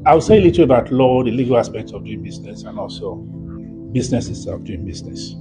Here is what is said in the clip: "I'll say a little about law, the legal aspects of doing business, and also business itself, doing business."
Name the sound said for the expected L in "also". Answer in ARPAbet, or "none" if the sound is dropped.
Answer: L